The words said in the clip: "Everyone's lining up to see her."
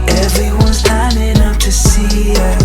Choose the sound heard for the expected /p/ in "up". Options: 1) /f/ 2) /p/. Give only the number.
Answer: 1